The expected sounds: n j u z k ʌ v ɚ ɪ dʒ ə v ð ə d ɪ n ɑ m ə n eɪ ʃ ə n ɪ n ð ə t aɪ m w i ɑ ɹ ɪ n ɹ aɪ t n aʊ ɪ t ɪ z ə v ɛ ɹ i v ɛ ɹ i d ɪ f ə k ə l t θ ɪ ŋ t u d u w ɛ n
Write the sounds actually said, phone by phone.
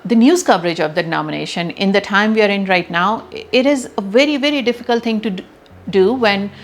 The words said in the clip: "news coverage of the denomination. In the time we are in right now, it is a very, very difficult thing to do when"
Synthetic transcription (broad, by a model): n j u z k ʌ v ɚ ɪ dʒ ə v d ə d ɪ n ɑ m ə n eɪ ʃ ə n ɪ n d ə t aɪ m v i ɑ ɹ ɪ n ɹ aɪ t n aʊ ɪ t ɪ z ə v ɛ ɹ i v ɛ ɹ i d ɪ f ə k ə l t t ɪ ŋ t u d u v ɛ n